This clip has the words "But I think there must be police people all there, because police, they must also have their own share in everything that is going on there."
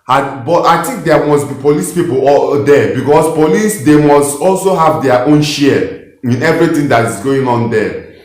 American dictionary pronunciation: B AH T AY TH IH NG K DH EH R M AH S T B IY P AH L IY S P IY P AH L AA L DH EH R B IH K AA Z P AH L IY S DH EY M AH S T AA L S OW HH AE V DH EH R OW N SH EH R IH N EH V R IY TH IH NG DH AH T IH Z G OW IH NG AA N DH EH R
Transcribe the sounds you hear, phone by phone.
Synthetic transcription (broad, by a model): B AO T AY T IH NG K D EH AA M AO S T B IY P AH L IY S P IY P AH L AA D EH B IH K AA S P AH L IY S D EY M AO S T AA L S OW HH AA V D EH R OW N SH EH IH N EH V R IY T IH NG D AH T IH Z G OW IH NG AA N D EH